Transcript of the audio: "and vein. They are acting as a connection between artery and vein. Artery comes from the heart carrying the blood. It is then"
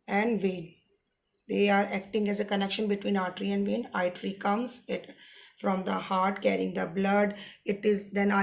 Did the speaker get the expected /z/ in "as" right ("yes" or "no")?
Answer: yes